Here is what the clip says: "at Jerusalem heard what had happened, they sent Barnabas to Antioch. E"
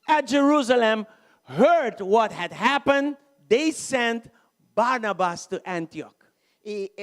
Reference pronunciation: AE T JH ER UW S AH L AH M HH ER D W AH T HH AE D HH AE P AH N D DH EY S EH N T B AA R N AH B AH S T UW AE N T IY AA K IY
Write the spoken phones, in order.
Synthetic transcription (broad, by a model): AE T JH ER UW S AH L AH M HH ER D W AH T HH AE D HH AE P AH N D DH EY S EH N T B AA R N AH B AH S T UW AE N T IY AA K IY